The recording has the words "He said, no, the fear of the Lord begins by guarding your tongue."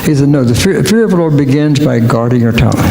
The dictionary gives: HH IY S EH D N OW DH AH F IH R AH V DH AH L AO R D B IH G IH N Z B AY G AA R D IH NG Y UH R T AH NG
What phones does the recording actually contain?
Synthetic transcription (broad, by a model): HH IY S EH D N OW DH AH F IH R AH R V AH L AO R B IH G IH N Z B AY G AA R D IH NG Y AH R T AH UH